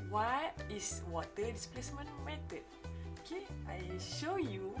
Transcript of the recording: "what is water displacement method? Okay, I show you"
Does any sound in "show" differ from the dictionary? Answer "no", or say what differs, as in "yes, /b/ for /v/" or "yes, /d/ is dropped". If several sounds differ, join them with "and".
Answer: no